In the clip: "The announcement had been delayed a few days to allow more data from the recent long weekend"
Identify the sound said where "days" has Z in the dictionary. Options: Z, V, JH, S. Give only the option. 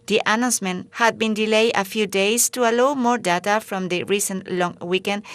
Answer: S